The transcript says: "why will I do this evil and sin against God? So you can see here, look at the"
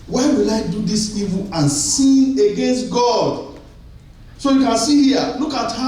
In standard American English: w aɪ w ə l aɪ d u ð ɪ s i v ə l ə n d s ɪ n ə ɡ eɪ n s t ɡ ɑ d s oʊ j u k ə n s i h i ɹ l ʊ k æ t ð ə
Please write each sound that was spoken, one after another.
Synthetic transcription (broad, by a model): w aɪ w ə l aɪ d u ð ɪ s i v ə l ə n s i ə ɡ eɪ n s t ɡ ɑ d s oʊ j u k ə n s i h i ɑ l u k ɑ t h